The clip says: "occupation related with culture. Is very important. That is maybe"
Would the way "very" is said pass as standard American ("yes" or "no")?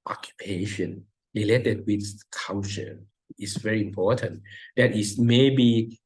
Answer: yes